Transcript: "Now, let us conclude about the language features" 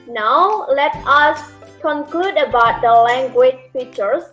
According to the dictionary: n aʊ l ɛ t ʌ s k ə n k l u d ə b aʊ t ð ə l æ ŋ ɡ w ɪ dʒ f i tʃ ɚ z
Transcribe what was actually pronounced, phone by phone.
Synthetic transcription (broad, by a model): n aʊ l ɛ t ʌ s k ə n k l u d ə b aʊ t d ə l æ ŋ ɡ w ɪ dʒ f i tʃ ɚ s